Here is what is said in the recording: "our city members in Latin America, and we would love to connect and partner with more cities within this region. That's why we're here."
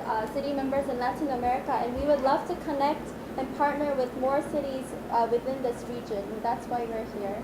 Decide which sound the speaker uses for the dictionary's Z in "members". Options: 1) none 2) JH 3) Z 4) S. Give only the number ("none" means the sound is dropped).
3